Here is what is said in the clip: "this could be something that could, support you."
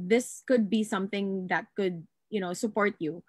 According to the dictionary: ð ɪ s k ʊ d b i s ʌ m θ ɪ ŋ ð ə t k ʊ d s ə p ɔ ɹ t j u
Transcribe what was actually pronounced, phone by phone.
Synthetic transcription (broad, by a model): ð ɪ s k ʊ d b i s ʌ m θ ɪ ŋ ð ə t k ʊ d s ə p ɔ ɹ t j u